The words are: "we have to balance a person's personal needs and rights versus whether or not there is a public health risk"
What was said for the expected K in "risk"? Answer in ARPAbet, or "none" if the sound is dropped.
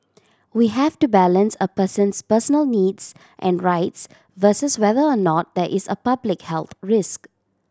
K